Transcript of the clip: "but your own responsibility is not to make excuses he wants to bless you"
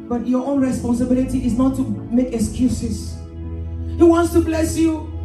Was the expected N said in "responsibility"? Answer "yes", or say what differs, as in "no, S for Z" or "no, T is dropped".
yes